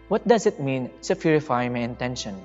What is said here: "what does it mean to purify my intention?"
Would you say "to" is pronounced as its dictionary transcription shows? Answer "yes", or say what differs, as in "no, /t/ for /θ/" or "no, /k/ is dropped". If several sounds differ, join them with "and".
no, /s/ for /t/